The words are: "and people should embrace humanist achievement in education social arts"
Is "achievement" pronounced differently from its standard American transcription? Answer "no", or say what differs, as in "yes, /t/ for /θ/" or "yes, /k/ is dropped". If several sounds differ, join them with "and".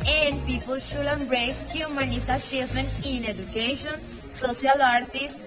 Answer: yes, /t/ is dropped